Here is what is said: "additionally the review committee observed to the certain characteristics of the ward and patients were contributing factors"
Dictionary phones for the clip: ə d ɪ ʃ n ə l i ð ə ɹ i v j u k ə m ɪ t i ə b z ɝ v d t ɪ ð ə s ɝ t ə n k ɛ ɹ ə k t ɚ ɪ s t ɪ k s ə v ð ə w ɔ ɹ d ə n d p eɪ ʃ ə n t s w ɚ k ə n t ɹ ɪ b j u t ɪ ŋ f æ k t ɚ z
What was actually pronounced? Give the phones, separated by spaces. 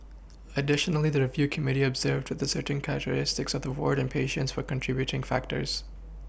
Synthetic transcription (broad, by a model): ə d ɪ ʃ n l i ð ə ɹ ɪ v j u k ə m ɪ t i ə b z ɝ v d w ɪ ð ə s ɝ t n k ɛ ɹ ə k t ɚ ɪ s t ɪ k s ə v ð ə w ɔ ɹ d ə n p eɪ ʃ ə n t s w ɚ k ə n t ɹ ɪ b j u t ɪ ŋ f æ k t ɚ z